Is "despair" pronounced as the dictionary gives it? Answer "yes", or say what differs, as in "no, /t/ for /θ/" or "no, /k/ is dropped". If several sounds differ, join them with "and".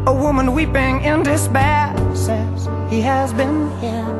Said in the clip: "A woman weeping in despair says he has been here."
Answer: no, /b/ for /p/